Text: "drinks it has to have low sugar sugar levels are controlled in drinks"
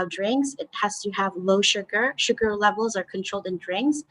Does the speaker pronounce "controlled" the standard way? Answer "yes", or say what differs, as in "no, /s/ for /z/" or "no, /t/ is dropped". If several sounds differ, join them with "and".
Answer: yes